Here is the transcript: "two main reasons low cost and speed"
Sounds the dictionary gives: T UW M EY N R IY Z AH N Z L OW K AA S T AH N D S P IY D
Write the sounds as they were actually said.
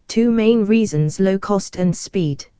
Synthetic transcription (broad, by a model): T UW M EY N R IY Z AH N Z L OW K AA S T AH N S P IY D